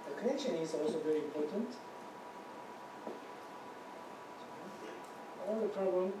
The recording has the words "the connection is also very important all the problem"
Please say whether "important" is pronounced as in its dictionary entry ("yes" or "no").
yes